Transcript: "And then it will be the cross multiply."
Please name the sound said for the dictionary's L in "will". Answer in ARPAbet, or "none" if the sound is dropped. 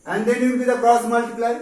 N